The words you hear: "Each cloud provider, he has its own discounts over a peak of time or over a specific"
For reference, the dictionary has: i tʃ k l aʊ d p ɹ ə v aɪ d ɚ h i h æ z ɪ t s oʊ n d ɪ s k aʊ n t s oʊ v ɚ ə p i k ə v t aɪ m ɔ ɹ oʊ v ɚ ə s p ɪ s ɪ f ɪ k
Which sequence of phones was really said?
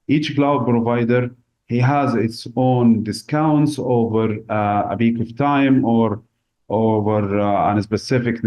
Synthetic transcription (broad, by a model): i tʃ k l aʊ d p ɹ ə v aɪ d ɚ h i h æ z ɪ t s oʊ n d ɪ s k aʊ n t s oʊ v ɚ ə b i k ə v t aɪ m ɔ ɹ oʊ v ɚ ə s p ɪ s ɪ f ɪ k